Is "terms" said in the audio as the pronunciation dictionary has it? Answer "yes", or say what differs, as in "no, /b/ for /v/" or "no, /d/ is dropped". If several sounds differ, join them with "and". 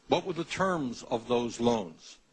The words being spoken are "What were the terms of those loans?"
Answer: yes